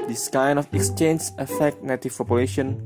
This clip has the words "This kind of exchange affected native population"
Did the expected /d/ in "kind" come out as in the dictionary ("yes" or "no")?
no